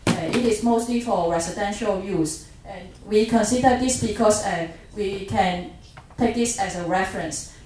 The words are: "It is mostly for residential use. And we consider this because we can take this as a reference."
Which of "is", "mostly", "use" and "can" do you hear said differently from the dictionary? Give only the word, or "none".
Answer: is